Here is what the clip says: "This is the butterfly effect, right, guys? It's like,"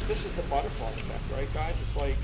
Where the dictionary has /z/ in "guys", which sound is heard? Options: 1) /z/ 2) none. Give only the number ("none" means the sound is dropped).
1